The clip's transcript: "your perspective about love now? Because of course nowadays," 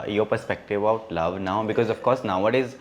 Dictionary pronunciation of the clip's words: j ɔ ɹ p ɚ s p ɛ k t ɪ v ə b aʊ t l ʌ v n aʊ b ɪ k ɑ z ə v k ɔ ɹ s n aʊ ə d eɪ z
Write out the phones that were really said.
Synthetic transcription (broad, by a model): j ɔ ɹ p ɚ s p ɛ k t ɪ v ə ʊ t l ʌ v n aʊ b ɪ k ɑ z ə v k ɔ ɹ s n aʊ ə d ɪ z